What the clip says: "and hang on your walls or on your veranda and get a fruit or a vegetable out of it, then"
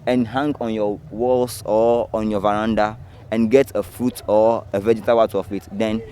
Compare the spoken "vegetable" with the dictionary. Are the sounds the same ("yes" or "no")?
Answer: no